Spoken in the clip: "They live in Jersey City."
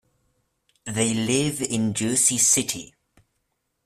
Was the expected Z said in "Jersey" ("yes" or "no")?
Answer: no